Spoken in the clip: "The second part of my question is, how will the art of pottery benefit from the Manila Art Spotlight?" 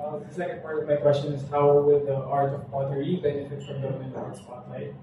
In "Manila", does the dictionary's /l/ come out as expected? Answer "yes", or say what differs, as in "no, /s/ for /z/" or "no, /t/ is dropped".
no, /n/ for /l/